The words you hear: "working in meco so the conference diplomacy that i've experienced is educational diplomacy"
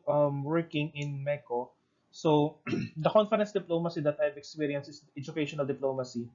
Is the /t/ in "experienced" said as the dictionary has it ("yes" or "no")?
no